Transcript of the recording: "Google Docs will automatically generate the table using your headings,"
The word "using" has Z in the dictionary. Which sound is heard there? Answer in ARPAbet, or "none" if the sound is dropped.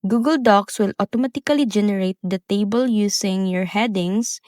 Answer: S